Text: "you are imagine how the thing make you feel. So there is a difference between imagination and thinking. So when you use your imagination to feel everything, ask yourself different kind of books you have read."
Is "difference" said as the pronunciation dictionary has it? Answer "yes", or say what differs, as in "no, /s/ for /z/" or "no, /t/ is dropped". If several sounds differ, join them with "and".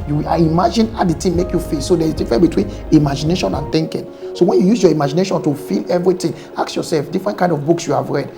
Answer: no, /s/ is dropped